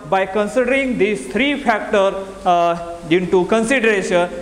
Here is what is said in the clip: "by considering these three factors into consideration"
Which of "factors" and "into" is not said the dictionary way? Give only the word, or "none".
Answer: factors